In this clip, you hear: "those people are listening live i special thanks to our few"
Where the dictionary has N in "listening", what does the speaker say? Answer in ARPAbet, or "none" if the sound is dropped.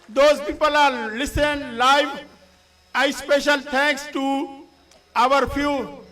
none